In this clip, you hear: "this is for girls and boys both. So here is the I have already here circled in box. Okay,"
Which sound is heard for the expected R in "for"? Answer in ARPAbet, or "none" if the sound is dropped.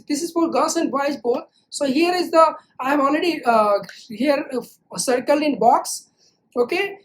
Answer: L